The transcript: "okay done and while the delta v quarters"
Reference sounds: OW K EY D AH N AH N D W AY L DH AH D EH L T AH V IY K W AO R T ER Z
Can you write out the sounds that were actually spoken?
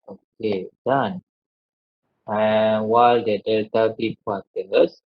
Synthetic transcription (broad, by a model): OW K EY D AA N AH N W AY L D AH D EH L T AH B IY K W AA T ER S